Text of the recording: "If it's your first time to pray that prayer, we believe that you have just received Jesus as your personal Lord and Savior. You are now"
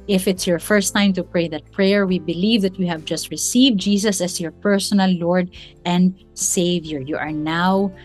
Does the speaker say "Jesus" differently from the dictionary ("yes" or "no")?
yes